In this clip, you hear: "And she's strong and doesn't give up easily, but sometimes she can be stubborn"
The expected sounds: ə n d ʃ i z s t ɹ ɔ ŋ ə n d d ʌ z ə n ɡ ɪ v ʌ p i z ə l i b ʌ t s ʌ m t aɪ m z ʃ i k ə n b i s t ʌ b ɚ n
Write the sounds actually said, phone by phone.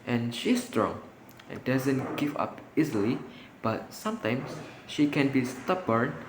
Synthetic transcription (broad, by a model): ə n ʃ i s t ɹ ɔ ŋ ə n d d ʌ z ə n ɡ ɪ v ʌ p i z ə l i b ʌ t s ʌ m t aɪ m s ʃ i k ə n b i s t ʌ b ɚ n